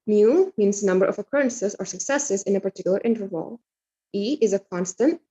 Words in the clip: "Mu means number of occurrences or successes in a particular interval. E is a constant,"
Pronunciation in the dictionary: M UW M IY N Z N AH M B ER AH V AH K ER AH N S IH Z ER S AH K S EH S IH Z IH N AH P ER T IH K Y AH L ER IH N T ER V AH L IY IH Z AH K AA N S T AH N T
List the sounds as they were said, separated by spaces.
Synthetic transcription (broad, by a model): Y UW M IY N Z N AH M B ER AH V AH K ER AH N S IH Z ER S AH K S EH S IH Z IH N AH P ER T IH K Y L ER IH N T ER V AH L IY IH Z AH K AA N S T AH N T